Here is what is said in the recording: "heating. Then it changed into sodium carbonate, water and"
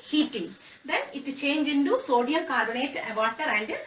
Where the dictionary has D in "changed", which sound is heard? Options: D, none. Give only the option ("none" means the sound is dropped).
none